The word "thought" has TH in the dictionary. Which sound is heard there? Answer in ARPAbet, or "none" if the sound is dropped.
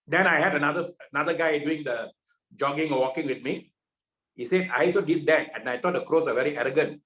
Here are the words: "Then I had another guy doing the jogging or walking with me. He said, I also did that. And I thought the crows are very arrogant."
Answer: T